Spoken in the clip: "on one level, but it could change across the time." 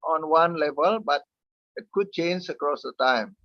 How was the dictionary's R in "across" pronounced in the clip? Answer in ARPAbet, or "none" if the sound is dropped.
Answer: R